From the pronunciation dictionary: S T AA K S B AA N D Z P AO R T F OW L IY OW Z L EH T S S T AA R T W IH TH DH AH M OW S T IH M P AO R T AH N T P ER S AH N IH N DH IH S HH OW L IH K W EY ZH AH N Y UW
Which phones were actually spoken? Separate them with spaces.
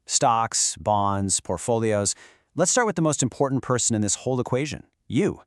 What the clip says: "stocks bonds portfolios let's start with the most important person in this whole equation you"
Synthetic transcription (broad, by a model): S T AA K S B AA N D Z P AO R T F OW L IY OW Z L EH T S S T AA R T W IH DH AH M OW S T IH M P AO R T N P ER S AH N IH N DH IH S HH OW L IH K W EY ZH AH N Y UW